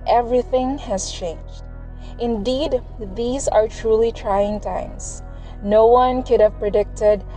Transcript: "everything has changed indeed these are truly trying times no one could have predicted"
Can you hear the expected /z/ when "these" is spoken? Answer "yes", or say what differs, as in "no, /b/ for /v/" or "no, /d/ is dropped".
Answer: yes